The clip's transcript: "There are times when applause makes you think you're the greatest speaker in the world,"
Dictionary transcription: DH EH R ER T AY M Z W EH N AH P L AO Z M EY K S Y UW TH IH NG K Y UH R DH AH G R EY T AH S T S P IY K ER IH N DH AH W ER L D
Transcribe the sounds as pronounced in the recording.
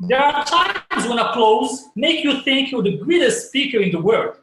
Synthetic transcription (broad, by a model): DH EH R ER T AY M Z W EH N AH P L AO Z M EY K Y UW TH IH NG K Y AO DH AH G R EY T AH S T S P IY K ER IH N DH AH W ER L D